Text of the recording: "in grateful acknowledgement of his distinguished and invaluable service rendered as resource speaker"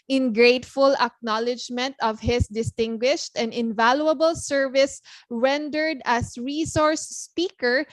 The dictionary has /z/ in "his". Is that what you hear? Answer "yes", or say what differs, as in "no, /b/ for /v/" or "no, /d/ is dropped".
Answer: no, /s/ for /z/